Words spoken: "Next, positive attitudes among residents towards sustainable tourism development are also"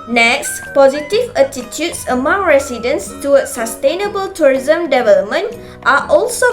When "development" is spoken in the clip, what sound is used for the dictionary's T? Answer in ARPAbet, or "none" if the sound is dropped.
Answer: T